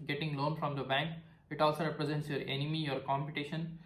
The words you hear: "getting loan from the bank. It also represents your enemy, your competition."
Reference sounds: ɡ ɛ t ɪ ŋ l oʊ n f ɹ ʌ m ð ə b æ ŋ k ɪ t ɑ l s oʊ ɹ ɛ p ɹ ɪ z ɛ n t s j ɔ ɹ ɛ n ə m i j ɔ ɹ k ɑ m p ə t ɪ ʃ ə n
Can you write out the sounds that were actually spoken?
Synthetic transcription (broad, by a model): ɡ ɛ t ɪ ŋ l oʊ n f ɹ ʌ m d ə b æ ŋ k ɪ t ɑ l s oʊ ɹ ɛ p ɹ ɪ z ɛ n t s j ɔ ɹ ɛ n ə m i j ɔ ɹ k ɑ m p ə t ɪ ʃ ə n